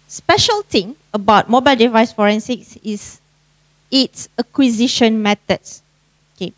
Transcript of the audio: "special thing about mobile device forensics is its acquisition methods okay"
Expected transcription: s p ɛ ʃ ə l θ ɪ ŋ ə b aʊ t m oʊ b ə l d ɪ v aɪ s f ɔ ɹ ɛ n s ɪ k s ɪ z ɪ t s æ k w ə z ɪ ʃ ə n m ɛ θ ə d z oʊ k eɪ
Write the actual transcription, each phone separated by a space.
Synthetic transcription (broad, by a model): s p ɛ ʃ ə l t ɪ ŋ ə b aʊ t m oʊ b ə l d ɪ v aɪ s f ɔ ɹ ɛ n s ɪ k s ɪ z ɪ t s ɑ k w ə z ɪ ʃ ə n m ɛ t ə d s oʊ k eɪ